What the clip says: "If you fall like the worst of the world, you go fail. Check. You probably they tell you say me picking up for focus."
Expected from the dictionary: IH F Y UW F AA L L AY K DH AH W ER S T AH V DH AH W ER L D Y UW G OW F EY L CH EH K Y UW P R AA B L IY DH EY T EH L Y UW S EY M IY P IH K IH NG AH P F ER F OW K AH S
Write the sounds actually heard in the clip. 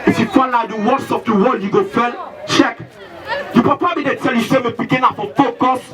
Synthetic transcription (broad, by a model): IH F Y UW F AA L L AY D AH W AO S AH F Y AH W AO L Y UW G OW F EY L CH EH K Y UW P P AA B IY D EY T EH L Y UW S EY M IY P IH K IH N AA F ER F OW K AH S